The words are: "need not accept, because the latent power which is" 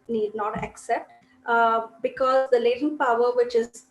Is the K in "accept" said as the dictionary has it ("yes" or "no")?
yes